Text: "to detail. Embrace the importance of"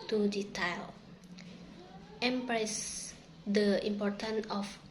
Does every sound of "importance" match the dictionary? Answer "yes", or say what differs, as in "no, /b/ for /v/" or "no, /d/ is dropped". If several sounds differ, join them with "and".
no, /s/ is dropped